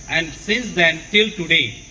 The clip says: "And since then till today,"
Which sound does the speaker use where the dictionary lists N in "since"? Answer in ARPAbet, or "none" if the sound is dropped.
none